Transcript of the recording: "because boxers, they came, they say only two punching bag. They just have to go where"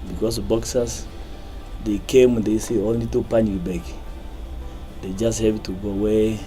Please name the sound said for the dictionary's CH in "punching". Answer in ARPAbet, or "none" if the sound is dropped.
none